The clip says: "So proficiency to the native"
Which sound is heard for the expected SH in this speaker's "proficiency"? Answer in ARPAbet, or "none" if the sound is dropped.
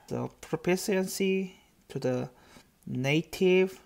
S